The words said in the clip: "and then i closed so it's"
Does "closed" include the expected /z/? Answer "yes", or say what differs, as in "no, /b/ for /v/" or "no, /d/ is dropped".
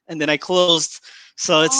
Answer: yes